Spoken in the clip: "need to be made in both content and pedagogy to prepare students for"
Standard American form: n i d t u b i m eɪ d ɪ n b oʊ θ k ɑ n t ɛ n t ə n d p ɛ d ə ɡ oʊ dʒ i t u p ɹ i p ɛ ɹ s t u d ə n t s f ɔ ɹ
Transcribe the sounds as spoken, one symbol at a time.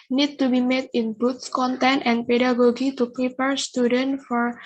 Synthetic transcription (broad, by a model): n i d t u b i m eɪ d ɪ n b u s k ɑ n t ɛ n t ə n p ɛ d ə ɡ oʊ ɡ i t u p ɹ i p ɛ ɹ s t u d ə n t f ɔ ɹ